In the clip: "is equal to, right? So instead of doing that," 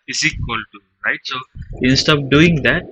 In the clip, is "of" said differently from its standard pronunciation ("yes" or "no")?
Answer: yes